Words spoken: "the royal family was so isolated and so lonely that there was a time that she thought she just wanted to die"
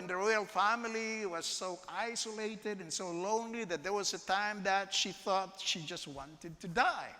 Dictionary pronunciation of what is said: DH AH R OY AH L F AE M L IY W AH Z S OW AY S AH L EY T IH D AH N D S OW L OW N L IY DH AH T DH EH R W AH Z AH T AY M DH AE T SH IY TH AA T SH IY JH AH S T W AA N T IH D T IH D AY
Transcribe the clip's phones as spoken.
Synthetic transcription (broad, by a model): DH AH R OY AH L F AE M L IY W AH Z S OW AY S AH L EY T IH D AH N S OW L OW N L IY DH AH T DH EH R W AH Z AH T AY M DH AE T SH IY TH AA T SH IY JH AH S T W AA N T IH D T IH D AY